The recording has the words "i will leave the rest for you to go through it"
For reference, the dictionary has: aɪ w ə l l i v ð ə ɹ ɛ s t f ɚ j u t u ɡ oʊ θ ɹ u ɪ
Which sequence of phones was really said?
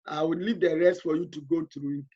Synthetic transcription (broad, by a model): aɪ w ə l l i v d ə ɹ ɛ s t f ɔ j u t u ɡ oʊ t ɹ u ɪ